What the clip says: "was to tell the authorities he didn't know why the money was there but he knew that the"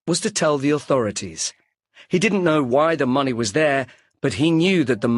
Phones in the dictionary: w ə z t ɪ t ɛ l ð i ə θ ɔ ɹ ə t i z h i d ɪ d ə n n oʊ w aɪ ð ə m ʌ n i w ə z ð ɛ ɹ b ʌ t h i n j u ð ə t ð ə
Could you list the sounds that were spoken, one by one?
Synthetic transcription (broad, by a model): w ə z t ɪ t ɛ l ð i ə θ ɔ ɹ ə t i z h i d ɪ d n n oʊ w aɪ ð ə m ʌ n i w ə z ð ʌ ɹ b ʌ t h i n j u ð ə t ð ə